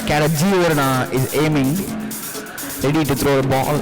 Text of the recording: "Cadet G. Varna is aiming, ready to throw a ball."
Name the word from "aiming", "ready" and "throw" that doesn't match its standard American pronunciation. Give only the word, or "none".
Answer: throw